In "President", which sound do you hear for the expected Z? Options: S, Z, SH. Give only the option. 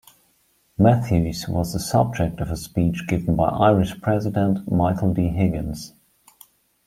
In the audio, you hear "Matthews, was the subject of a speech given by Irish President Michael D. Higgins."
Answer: Z